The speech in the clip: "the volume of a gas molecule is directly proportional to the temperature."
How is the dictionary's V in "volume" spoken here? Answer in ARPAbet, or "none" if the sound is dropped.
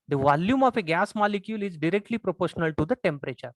V